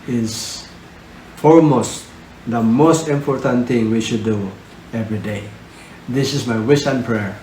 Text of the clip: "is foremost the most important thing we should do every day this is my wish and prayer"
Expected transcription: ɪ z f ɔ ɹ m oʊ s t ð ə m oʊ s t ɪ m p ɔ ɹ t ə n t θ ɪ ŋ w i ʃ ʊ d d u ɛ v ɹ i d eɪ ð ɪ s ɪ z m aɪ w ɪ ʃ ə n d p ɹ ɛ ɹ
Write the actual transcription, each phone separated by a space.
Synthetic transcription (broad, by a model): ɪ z f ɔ ɹ m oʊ s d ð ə m oʊ s t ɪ m p ɔ ɹ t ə n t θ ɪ ŋ w i ʃ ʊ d d u ɛ v ɹ i d eɪ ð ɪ s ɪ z m aɪ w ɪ s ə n p ɹ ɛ ɹ